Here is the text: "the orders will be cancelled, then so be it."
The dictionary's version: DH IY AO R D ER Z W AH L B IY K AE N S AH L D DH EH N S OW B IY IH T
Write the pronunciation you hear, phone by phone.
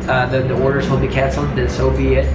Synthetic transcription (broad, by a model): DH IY AO R D ER Z W AH L B IY K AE N S L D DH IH S OW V IY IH T